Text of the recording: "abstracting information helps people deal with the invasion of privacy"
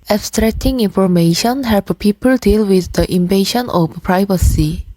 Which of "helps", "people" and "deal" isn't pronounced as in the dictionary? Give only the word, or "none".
helps